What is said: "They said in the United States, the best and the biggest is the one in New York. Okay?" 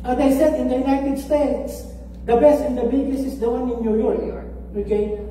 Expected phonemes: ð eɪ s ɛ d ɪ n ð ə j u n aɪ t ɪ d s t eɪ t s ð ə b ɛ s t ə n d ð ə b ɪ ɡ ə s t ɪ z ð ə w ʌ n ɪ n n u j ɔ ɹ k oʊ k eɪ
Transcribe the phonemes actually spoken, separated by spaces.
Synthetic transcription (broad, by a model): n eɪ s ɛ d ɪ n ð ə j u n aɪ t ɪ d s t eɪ t s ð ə b ɛ s t ə n d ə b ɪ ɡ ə s ɪ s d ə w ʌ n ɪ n n u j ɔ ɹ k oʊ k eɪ